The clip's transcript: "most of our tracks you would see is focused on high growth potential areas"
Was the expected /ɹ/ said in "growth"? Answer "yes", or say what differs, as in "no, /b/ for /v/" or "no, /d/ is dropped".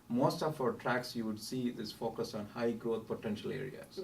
no, /ɹ/ is dropped